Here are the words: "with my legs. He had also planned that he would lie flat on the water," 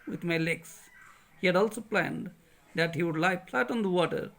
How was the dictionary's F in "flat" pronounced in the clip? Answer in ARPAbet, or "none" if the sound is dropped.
P